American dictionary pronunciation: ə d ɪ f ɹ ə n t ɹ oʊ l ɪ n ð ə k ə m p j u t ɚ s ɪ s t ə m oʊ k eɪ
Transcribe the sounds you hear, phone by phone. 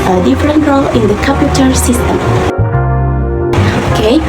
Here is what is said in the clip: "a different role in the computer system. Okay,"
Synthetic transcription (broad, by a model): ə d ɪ f ɹ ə n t ɹ oʊ l ɪ n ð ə k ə p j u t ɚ s ɪ s t ə m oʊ k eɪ